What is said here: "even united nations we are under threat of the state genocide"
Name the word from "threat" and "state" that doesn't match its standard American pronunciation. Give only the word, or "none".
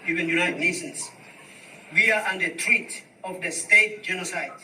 threat